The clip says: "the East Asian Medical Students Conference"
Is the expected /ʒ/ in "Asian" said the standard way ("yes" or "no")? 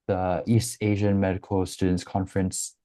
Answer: yes